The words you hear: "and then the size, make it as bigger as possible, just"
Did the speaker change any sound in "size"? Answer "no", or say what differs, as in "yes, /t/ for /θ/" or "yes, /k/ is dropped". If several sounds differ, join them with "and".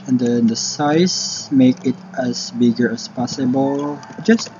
yes, /s/ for /z/